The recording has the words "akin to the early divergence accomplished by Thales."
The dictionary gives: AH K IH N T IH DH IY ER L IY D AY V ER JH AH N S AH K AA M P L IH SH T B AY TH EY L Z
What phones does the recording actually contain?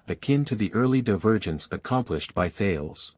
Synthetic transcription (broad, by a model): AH K IH N T IH DH IY ER L IY D AY V ER JH AH N S AH K AA M P L IH SH T B AY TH EY L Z